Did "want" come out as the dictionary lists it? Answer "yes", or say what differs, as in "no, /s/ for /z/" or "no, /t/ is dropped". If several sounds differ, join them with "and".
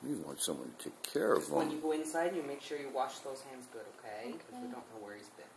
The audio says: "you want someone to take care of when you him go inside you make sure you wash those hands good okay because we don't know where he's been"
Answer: yes